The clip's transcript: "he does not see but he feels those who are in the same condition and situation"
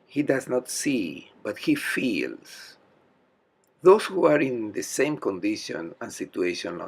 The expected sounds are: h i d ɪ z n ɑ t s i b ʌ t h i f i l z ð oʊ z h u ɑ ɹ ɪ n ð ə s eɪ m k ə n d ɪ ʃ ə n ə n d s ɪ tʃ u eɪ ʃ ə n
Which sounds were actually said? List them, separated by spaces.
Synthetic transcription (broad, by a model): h i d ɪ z n ɑ t s i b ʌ t h i f i l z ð oʊ s h u ɑ ɹ ɪ n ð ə s eɪ m k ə n d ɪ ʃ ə n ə n s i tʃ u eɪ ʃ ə n